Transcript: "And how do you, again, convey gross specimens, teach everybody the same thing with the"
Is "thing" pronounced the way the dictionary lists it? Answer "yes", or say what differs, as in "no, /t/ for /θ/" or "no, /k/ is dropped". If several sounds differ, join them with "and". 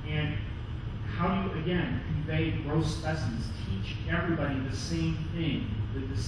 yes